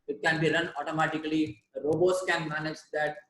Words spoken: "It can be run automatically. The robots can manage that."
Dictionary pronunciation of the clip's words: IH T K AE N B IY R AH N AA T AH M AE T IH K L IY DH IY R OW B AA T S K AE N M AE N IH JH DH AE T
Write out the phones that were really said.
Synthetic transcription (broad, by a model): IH T K AE N B IY R AH N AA T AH M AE T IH K IY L IY R OW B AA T S K AE N M AE N IH JH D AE T